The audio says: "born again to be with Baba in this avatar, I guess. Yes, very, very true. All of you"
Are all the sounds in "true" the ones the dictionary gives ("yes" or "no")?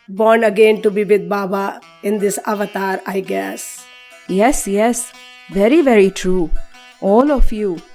yes